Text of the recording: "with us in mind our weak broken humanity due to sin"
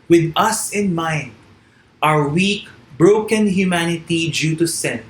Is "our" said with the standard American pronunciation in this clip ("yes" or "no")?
no